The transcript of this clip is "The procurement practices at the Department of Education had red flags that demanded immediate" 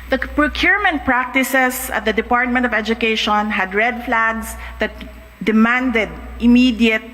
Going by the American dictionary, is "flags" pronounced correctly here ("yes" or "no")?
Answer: no